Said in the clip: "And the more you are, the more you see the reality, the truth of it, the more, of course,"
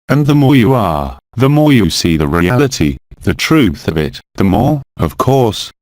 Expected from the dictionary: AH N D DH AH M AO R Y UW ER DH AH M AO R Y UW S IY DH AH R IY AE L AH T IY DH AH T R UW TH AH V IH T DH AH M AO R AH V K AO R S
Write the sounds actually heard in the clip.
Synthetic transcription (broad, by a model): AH N DH AH M AO R Y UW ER DH AH M AO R Y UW S IY DH AH R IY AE L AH T IY DH AH T R UW TH AH V IH T DH AH M AO R AH V K AO R S